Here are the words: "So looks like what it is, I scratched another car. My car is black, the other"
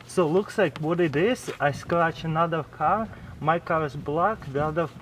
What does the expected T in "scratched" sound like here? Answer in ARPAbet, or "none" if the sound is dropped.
none